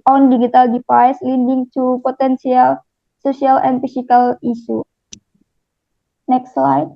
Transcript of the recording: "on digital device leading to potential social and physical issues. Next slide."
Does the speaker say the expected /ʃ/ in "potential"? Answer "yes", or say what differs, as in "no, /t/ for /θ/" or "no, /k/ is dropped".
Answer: no, /s/ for /ʃ/